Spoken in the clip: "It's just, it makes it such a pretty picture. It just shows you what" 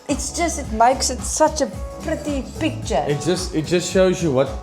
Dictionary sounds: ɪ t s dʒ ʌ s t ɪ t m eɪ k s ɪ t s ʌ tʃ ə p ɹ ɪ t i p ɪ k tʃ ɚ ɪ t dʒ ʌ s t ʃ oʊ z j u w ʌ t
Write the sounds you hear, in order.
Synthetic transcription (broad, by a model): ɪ t s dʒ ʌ s t ɪ t m eɪ k s ɪ t s ʌ tʃ ə p ɹ ɪ t i p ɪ k tʃ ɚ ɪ t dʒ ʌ s t ʃ oʊ z j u w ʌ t